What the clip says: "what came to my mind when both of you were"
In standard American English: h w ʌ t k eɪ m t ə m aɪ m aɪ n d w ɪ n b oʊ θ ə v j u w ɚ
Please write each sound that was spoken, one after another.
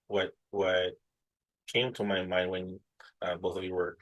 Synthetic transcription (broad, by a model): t w ʌ t k eɪ m t ə m aɪ m aɪ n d w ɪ n b oʊ θ ə v j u w ɚ